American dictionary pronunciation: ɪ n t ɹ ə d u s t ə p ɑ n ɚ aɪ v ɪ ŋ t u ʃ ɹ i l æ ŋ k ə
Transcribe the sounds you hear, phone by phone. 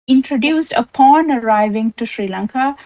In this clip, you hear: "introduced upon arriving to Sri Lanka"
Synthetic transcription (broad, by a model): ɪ n t ɹ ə d u s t ə p ɑ n ɚ aɪ v ɪ ŋ t u ʃ ɹ i l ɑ ŋ k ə